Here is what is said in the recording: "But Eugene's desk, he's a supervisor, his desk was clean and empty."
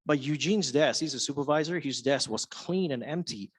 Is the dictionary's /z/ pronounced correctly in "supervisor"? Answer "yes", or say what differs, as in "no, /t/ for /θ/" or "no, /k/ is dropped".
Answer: yes